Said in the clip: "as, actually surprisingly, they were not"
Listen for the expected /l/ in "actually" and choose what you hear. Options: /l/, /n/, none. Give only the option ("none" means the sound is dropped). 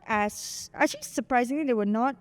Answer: none